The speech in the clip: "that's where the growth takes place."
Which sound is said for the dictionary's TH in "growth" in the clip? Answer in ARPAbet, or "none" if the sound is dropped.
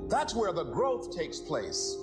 TH